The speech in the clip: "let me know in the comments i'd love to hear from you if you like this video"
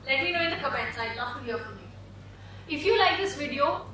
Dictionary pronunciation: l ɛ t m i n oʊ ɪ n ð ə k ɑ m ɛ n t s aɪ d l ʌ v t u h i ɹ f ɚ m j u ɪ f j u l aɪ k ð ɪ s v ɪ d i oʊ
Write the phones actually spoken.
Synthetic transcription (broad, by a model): l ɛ t m i n oʊ ɪ n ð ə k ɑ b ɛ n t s aɪ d n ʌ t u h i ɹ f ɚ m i ɪ f j u l aɪ k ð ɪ s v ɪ d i oʊ